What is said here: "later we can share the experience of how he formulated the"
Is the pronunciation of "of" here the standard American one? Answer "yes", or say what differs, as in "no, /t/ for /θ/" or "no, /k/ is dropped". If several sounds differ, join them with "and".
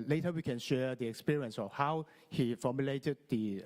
no, /f/ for /v/